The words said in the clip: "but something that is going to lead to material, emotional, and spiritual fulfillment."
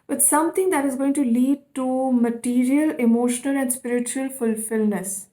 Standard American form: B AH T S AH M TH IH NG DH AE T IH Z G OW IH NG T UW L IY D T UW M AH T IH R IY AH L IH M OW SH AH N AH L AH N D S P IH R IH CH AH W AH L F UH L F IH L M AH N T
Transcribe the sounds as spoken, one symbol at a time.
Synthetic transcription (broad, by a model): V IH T S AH M T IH NG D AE T IH Z G OW IH NG T UW L IY D T UW M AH T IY R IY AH L IH M OW SH AH N AH L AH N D S P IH R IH CH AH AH L F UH L F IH L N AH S